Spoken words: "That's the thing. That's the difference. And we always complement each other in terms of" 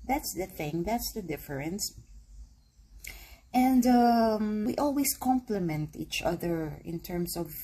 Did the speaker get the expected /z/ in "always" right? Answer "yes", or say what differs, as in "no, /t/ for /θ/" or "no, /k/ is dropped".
no, /s/ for /z/